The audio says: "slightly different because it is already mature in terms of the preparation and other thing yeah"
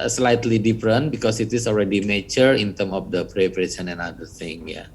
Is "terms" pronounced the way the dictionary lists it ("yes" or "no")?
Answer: no